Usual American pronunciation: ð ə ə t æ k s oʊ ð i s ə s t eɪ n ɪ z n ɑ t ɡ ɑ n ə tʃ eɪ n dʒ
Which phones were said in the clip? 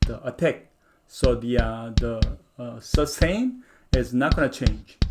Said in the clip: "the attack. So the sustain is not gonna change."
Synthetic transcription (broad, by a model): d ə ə t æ k s oʊ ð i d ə s s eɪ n ɪ z n ɑ t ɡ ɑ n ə tʃ eɪ n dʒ